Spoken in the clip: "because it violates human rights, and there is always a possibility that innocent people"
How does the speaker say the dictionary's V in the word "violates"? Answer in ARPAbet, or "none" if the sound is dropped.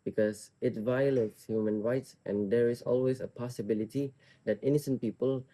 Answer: V